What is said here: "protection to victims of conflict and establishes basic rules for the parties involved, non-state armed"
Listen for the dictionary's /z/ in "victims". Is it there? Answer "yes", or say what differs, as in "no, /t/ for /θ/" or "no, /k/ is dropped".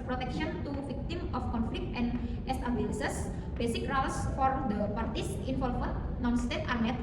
no, /z/ is dropped